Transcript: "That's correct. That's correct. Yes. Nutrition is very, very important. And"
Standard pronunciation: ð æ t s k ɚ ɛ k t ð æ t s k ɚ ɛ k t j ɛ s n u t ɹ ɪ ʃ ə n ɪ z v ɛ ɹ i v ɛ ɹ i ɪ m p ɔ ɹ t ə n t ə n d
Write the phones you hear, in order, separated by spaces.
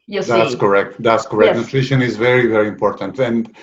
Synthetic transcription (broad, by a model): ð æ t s k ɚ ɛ k t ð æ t s k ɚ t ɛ n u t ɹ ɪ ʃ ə n ɪ z v ɛ ɹ i v ɛ ɹ i ɪ m p ɔ ɹ t ə n t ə n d